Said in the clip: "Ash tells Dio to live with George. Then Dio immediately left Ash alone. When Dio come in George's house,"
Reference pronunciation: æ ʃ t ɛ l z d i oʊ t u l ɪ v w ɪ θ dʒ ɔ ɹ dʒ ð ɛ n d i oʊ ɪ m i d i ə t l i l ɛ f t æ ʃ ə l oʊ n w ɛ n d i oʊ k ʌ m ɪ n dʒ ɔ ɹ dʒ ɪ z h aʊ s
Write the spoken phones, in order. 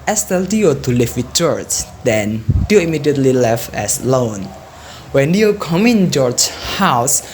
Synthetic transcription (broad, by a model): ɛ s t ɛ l d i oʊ t u l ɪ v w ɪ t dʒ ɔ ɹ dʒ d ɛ n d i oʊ ɪ m i d i ə t l i l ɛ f ɛ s l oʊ n w ɛ n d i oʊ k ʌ m ɪ n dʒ ɔ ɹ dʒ h aʊ s